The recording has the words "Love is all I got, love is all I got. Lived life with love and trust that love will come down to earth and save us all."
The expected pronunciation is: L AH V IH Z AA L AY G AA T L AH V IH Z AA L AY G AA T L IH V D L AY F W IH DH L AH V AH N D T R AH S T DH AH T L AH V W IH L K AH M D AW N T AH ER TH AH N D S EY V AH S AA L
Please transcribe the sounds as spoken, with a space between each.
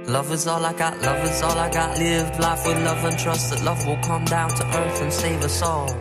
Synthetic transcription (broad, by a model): L AH V IH Z AA L AY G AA T L AH V IH Z AA L AY G AA T L IH V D L AY F W IH DH L AH V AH N T R AH S T DH AH T L AH V W IH L K AH M D AW N T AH ER TH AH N S EY V AH S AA L